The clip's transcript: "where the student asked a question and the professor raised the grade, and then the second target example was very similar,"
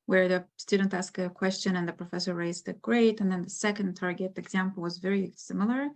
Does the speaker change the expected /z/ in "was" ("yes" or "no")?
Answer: no